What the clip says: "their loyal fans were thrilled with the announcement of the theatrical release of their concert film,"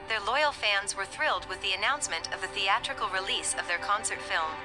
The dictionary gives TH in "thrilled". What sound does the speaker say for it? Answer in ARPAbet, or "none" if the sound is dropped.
TH